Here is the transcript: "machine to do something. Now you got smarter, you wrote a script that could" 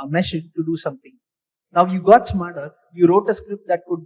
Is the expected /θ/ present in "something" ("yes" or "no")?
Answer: no